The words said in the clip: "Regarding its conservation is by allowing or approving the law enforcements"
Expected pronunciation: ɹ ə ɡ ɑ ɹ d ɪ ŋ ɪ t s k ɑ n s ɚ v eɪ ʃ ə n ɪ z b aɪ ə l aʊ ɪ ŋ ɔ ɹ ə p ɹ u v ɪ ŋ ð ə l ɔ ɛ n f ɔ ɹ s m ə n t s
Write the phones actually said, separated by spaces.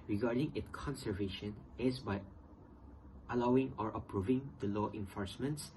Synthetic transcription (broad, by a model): ɹ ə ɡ ɑ ɹ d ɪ ŋ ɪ t k ɑ n s ɚ v eɪ ʃ ə n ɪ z b aɪ ə l aʊ ɪ ŋ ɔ ɹ ə p ɹ u v ɪ ŋ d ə l ɔ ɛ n f ɔ ɹ s m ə n t s